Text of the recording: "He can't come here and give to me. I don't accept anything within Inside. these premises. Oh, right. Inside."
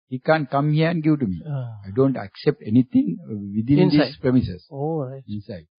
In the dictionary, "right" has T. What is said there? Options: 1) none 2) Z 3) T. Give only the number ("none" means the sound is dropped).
1